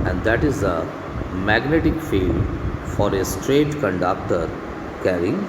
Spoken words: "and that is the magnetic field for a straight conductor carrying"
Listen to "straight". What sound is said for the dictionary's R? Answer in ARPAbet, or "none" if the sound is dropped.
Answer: R